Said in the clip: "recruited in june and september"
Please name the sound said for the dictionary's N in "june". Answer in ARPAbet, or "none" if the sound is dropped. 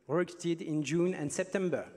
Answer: N